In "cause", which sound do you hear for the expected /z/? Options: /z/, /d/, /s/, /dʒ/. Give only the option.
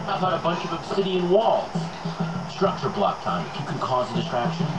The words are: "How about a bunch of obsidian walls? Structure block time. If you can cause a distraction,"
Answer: /z/